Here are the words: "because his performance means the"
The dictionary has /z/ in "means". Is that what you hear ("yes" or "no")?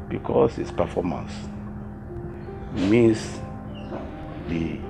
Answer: no